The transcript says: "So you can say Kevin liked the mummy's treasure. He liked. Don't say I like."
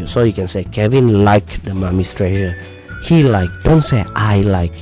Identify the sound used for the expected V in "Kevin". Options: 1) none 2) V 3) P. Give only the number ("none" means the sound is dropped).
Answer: 2